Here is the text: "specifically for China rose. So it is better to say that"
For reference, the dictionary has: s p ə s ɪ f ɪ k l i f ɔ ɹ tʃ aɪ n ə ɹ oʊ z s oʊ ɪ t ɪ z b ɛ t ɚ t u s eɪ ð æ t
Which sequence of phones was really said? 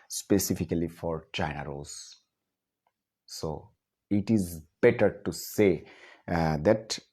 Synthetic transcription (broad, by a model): s p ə s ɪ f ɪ k l i f ɔ ɹ tʃ aɪ n ə ɹ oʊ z s oʊ ɪ t ɪ z b ɛ t ɚ t u s eɪ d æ t